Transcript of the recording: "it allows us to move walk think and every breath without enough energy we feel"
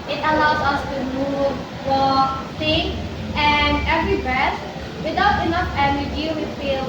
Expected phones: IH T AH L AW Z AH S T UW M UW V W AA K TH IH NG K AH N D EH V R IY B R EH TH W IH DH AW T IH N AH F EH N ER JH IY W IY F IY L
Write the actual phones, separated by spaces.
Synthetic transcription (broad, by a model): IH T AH L AW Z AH S T UW M UW V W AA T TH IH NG AH N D EH V R IY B R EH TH W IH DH AW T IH N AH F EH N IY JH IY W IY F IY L